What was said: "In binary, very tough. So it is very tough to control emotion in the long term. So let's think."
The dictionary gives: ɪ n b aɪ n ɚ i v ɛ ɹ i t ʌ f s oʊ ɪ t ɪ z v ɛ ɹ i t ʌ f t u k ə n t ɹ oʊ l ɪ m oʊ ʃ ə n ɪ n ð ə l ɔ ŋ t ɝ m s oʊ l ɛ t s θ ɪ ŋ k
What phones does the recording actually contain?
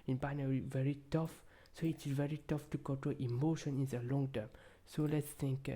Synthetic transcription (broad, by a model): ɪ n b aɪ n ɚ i v ɛ ɹ i t ʌ f s oʊ ɪ t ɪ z v ɛ ɹ i t ʌ f t u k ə t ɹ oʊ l ɪ m oʊ ʃ ə n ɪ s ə l ɔ ŋ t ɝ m s oʊ l ɛ t s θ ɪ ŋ k